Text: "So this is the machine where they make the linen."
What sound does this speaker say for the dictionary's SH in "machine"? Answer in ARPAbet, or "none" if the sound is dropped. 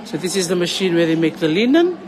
SH